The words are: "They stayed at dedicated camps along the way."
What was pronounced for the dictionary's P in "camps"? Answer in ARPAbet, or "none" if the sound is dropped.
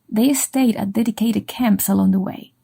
P